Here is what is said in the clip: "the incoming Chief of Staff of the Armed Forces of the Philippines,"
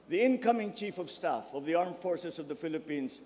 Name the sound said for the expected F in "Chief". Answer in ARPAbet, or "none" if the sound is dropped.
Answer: F